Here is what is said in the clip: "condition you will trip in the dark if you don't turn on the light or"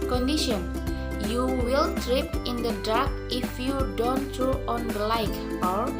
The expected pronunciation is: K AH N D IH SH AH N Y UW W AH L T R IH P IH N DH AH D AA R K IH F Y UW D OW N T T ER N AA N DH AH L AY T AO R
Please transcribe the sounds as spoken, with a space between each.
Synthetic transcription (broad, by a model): K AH N D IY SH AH N Y UW W AH L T R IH P IH N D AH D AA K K IH F Y UW D OW N T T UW AA N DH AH L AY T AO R